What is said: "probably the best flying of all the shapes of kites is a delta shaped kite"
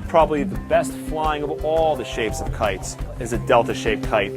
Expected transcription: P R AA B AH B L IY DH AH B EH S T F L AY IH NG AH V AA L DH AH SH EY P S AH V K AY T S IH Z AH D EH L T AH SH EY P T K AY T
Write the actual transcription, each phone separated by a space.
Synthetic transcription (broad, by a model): P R AA B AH B L IY DH AH B EH S T F L AY IH NG AH V AA L DH AH SH EY P S AH V K AY T S IH Z AH D EH L T AH SH EY P K AY T